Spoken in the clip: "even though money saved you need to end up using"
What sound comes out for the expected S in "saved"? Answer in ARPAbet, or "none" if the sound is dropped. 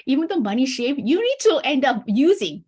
SH